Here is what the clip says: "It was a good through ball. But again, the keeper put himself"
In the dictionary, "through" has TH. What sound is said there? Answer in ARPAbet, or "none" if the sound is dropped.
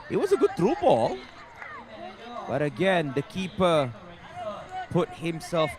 T